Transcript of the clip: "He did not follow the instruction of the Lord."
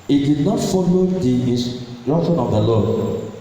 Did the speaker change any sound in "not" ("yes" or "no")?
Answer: no